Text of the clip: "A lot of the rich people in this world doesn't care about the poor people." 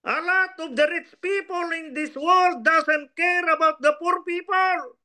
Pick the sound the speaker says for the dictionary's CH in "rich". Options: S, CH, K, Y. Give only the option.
S